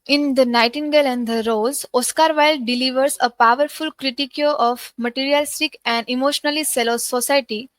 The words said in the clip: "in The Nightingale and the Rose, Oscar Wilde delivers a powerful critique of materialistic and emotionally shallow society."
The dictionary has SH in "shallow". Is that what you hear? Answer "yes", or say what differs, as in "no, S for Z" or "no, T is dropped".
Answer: no, S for SH